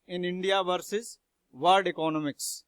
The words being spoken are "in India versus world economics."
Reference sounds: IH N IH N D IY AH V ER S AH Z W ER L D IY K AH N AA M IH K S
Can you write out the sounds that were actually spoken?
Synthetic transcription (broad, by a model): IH N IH N D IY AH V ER S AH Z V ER D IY K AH N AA M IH K S